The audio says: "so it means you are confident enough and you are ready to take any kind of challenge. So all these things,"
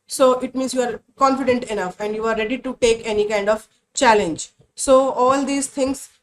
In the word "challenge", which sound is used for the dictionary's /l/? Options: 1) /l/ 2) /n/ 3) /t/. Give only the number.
1